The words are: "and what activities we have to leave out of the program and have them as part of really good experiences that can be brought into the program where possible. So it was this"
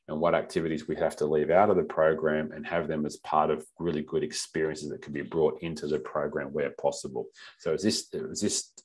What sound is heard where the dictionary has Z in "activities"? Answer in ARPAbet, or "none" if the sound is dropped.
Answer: Z